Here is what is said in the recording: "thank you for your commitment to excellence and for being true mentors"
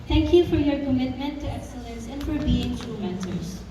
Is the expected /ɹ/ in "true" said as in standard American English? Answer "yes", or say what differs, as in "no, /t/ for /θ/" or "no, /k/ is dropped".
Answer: no, /ɹ/ is dropped